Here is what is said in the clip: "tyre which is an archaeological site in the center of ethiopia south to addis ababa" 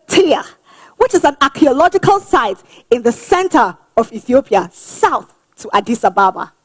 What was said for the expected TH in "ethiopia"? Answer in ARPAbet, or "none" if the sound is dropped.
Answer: TH